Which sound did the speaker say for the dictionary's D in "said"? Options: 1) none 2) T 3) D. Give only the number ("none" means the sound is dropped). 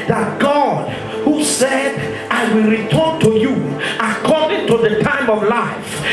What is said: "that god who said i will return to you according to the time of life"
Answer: 3